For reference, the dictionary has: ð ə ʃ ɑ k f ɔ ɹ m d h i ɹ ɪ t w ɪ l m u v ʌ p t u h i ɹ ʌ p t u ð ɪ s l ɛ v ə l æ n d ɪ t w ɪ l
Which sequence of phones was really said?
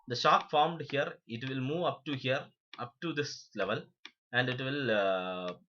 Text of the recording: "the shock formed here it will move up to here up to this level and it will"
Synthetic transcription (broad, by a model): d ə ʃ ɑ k f ɔ ɹ m d h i ɹ ɪ t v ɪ l m u v ʌ p t u h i ɹ ʌ p t u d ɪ s l ɛ v ə l æ n d ɪ t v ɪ l